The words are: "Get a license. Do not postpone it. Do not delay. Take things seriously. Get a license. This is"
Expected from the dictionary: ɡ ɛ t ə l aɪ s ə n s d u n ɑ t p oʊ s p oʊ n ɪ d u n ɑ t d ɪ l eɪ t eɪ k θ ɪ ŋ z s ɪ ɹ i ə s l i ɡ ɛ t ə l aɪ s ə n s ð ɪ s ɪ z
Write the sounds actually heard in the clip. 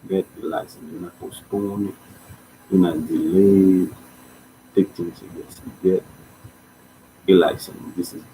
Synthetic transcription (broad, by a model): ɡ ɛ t ə l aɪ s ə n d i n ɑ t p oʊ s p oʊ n ɪ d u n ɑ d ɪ l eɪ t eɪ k t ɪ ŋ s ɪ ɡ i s i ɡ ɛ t ə l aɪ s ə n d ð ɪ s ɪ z